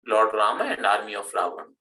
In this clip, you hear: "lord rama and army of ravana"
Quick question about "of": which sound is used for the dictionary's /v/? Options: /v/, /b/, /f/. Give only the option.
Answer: /f/